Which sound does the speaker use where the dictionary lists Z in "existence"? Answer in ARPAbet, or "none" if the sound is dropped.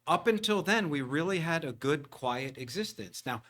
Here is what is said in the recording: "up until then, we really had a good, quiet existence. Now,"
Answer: Z